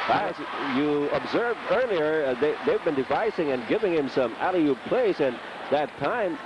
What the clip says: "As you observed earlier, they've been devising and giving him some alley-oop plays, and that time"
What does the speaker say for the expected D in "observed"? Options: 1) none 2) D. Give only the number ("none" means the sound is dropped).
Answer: 2